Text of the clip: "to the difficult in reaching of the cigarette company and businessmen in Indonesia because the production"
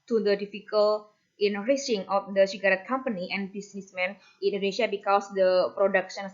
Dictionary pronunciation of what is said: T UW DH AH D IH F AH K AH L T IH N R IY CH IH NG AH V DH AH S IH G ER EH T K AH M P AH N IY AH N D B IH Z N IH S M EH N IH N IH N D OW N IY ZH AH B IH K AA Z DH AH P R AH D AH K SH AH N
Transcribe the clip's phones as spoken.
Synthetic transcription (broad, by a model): T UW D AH D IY F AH K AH L T IH N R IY S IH NG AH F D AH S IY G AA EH T K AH M P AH N IY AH N B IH S N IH S M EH N IH N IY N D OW N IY SH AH B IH K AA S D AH P R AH D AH K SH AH N